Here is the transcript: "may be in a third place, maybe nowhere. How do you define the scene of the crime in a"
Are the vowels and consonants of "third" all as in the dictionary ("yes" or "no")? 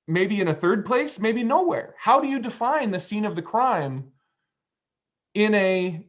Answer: yes